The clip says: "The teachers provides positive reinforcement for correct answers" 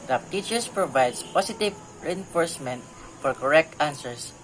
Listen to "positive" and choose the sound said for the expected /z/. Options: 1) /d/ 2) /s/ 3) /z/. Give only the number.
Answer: 2